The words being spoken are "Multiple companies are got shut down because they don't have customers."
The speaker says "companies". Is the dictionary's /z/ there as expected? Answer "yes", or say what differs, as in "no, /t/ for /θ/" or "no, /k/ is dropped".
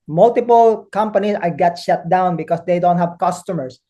no, /s/ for /z/